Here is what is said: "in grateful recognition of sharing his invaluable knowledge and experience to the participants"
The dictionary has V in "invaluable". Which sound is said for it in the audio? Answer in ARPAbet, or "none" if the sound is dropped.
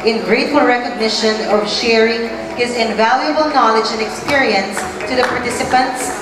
V